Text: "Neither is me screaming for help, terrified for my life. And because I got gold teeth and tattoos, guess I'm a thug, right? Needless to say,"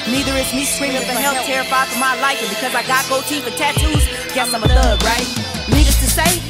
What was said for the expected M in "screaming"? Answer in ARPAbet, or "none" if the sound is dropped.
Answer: none